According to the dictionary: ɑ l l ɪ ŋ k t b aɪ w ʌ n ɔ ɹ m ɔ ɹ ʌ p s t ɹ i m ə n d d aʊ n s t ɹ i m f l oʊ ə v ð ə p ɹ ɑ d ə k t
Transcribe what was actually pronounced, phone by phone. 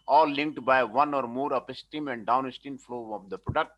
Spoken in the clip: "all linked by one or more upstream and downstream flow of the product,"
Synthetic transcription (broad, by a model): ɑ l l ɪ ŋ k t b aɪ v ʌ n ɔ ɹ m ɔ ɹ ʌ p s t i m ə n d d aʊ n s t i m f l oʊ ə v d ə p ɹ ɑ d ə k t